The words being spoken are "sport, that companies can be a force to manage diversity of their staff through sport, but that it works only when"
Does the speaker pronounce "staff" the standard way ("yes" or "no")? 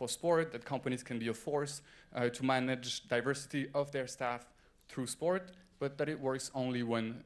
yes